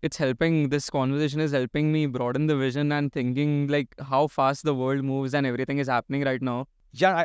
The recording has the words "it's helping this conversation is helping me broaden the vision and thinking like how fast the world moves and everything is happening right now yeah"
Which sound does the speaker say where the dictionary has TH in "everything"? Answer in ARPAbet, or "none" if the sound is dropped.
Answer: T